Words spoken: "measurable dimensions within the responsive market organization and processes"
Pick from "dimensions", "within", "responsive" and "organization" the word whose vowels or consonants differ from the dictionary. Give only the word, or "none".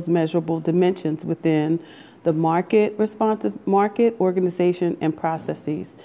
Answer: none